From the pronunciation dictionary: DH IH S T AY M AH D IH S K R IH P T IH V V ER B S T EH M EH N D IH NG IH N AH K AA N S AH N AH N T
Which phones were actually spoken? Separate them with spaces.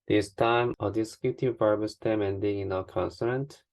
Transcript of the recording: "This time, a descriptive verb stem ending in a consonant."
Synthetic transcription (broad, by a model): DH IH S T AY M AH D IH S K IH T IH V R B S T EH M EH N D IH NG IH N AH K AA N S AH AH N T